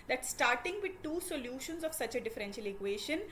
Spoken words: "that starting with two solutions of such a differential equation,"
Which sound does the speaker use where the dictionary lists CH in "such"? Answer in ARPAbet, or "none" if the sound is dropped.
CH